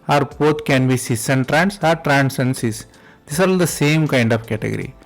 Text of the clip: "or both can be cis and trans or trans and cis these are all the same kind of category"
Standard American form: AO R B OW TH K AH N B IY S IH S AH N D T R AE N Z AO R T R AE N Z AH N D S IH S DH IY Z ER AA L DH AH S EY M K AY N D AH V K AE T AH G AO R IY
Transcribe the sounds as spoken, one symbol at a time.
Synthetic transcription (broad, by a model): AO R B OW T K AH N B IY S IH S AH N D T R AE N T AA R T R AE N S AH N S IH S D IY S AA L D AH S EY M K AY N D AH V K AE T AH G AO R IY